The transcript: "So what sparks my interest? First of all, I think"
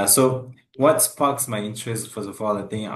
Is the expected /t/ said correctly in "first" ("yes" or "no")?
no